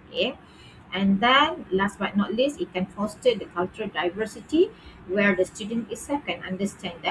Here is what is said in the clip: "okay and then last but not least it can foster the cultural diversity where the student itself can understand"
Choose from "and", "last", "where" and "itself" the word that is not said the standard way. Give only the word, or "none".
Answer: itself